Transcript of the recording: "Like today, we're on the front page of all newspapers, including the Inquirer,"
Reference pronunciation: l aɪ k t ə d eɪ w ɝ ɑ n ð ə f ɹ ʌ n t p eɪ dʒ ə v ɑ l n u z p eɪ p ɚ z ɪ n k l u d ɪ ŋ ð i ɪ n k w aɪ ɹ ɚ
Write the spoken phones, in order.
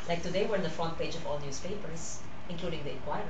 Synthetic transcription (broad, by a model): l aɪ k t ə d eɪ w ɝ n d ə f ɔ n p eɪ dʒ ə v ɑ l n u s p eɪ p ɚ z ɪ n k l u d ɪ ŋ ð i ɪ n k w aɪ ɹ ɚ